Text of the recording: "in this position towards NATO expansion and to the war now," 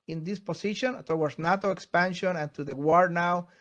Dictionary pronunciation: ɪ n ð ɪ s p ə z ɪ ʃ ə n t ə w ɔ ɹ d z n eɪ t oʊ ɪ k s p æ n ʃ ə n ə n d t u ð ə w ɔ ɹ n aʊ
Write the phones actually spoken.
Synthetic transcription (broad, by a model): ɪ n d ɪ s p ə s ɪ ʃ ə n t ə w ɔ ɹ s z n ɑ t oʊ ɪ k s p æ n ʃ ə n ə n t u ð ə w ɔ ɹ n aʊ